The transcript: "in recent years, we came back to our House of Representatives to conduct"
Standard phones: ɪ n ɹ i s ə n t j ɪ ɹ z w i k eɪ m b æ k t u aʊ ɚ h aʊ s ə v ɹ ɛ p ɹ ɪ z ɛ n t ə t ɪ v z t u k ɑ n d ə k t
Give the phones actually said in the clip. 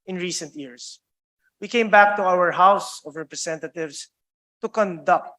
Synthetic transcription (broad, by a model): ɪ n ɹ i s ə n t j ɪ ɹ s w i k eɪ m b æ k t u aʊ ɚ h aʊ s ə v ɹ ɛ p ɹ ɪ s ɛ n t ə t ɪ v s t u k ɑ n d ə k t